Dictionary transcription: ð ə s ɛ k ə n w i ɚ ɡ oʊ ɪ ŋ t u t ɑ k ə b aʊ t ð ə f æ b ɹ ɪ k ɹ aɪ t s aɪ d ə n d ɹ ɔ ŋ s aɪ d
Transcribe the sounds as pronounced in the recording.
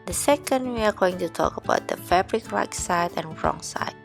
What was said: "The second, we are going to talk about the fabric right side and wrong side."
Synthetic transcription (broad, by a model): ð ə s ɛ k ə n w i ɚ ɡ oʊ ɪ ŋ t u t ɑ k ə b aʊ t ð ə f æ b ɹ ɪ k l aɪ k s aɪ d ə n ɹ ɔ ŋ s aɪ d